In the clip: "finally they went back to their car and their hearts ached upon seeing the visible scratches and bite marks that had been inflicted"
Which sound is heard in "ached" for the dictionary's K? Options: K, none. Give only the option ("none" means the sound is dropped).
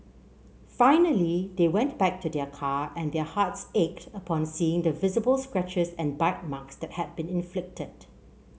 K